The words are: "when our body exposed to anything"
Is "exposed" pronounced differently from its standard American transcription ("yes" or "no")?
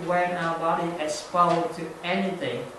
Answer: yes